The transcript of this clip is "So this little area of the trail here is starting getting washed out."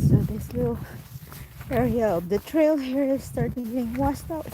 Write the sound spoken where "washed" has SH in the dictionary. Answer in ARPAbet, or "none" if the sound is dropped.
S